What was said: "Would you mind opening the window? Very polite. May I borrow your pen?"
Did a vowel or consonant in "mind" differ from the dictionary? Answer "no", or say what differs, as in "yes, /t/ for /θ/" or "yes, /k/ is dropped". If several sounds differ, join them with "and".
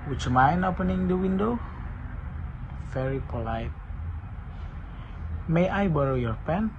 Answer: yes, /d/ is dropped